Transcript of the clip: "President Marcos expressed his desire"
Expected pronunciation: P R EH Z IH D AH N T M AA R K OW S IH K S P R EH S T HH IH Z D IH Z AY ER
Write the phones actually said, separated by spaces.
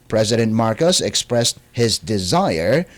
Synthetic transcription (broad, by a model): P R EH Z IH D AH N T M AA R K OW S IH K S P R EH S T HH IH Z D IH Z AY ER